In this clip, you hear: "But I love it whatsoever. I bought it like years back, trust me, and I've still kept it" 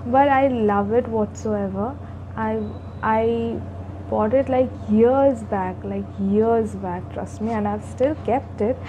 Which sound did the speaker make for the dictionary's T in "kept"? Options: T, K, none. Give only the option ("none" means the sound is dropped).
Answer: T